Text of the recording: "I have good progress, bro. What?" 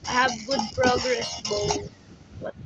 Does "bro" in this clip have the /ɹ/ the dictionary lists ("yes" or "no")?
no